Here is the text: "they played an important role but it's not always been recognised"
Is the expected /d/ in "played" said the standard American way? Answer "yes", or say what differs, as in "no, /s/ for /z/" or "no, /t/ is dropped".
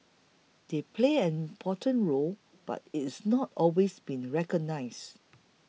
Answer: no, /d/ is dropped